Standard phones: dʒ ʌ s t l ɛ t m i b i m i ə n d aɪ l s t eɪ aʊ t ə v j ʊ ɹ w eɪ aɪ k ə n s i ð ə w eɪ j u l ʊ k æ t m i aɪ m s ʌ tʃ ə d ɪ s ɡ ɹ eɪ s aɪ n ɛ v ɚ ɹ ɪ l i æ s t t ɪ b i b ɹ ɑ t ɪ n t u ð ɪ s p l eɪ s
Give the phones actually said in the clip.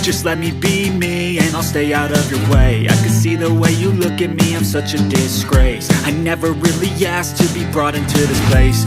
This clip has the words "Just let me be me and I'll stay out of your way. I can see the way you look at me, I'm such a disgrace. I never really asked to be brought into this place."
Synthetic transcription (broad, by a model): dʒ ʌ s t l ɛ t m i b i m i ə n aɪ l s t eɪ aʊ t ə v j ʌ ɹ w eɪ aɪ k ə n s i ð ə w eɪ j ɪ l ʊ k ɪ t m i aɪ m s ʌ tʃ ə d ɪ s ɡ ɹ eɪ s aɪ n ɛ v ɚ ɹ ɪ l i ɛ s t t ɪ b i b ɹ ɑ t ɪ n t u ð ɪ s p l eɪ s